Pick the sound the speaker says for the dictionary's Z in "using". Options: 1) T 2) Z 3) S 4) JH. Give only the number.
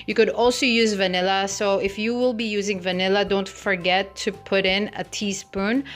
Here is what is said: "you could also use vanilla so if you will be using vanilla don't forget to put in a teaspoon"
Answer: 2